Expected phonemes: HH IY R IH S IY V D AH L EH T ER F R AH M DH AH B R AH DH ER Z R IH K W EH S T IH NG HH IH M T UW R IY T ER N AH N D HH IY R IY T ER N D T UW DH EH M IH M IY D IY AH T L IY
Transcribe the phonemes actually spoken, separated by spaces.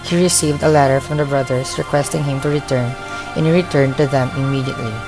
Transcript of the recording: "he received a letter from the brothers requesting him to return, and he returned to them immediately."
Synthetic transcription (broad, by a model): HH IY R IH S IY V D AH L EH T ER F R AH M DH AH B R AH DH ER S R IH K W EH S T IH NG HH IH M T UW R IY T ER N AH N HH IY R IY T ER N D T UW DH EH M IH M IY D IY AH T L IY